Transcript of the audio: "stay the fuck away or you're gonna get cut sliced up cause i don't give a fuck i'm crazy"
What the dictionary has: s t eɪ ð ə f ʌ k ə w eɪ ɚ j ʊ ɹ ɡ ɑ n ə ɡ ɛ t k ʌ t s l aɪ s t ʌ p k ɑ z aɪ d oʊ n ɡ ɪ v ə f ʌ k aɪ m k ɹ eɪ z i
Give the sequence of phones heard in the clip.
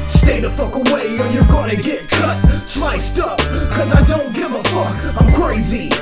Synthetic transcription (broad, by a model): s t eɪ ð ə f ʌ k ə w eɪ ɚ j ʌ ɹ ɡ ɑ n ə ɡ ɛ t k ʌ t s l aɪ s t ʌ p k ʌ z aɪ d oʊ n ɡ ɪ v ə f ʌ k aɪ m k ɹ eɪ z i